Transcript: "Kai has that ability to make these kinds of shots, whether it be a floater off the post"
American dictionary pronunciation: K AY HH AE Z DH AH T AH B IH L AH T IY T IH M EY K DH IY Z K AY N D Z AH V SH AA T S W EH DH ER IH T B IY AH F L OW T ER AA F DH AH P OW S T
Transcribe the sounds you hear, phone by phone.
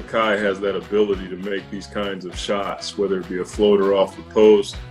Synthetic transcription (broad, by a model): K AY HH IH Z DH AH T AH B IH L AH T IY T IH M EY K DH IY Z K AY N D Z AH V SH AA T S W EH DH ER IH T B IY AH F L OW T ER AA F DH AH P OW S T